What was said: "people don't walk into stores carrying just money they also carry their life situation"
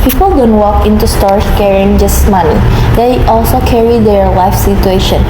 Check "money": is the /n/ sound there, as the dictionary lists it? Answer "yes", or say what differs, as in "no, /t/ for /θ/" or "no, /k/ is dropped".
no, /l/ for /n/